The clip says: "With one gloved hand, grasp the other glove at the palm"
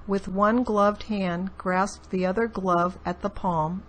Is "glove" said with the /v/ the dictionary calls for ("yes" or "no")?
yes